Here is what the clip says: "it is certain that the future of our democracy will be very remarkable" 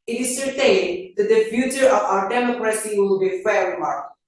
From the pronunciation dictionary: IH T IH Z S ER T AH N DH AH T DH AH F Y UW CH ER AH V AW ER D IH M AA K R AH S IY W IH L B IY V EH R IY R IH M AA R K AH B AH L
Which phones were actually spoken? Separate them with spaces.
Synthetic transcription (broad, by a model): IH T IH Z S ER T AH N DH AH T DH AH F Y UW CH ER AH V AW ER D IH M AA K R AH S IY W IH L B IY F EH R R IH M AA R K